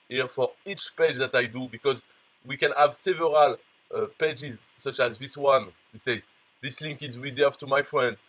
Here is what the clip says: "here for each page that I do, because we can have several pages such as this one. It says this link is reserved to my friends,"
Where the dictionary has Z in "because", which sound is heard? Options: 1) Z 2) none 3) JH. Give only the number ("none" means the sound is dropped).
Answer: 1